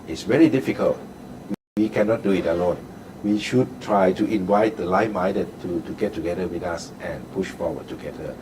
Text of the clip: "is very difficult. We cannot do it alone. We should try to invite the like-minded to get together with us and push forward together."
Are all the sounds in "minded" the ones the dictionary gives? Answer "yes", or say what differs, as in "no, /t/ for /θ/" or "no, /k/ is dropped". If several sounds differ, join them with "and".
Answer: no, /n/ is dropped